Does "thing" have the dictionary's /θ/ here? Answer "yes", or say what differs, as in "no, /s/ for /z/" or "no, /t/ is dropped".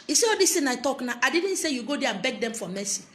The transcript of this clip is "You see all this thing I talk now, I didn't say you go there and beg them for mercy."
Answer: no, /t/ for /θ/